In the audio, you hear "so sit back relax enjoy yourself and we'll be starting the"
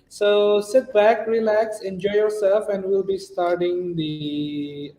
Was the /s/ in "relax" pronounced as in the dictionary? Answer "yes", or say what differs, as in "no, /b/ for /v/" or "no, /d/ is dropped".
yes